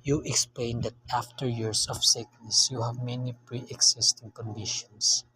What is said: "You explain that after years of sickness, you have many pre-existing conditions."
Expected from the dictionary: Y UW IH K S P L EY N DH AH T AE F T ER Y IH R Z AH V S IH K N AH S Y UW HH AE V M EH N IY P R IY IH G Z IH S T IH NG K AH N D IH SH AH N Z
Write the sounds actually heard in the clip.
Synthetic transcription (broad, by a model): Y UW IH K S P L EY N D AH T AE F T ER Y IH R S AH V S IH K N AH S Y UW HH AE V M EH N IY P R IY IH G S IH S T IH NG K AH N D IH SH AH N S